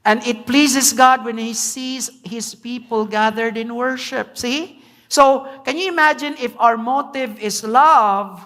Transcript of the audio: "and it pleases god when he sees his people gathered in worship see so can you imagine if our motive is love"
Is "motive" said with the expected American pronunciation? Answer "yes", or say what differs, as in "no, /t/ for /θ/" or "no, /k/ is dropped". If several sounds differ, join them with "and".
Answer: yes